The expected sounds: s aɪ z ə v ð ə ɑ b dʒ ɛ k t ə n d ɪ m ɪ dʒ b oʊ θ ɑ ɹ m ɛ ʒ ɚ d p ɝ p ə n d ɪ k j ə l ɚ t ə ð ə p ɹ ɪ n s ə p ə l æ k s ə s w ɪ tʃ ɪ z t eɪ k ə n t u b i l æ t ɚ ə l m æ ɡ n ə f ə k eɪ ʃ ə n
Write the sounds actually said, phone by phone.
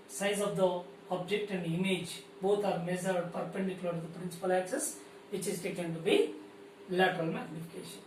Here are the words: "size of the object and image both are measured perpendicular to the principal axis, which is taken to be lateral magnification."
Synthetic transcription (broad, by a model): s aɪ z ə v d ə ɑ b dʒ ɛ k t ə n d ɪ m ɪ dʒ b oʊ t ɑ ɹ m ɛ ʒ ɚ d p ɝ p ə n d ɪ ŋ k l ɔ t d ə p ɹ ɪ n s ə p ə l æ k s ə s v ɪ tʃ ɪ z t eɪ k ə n t u b i l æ t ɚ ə l m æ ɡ n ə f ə k eɪ ʃ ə n